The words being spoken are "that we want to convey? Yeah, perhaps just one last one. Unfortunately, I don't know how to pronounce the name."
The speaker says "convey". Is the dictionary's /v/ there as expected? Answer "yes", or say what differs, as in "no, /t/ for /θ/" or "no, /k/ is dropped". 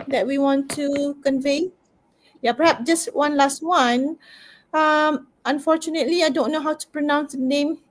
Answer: yes